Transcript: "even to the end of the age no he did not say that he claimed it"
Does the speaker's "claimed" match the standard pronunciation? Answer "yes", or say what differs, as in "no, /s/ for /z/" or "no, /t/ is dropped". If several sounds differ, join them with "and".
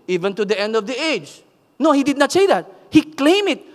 no, /d/ is dropped